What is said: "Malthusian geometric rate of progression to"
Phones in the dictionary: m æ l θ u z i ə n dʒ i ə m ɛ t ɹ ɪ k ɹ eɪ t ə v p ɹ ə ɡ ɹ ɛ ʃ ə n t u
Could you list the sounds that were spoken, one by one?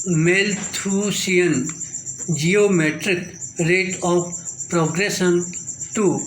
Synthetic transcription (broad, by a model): m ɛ l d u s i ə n dʒ i ə m ɛ t ɹ ɪ k ɹ eɪ t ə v p ɹ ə ɡ ɹ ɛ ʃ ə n t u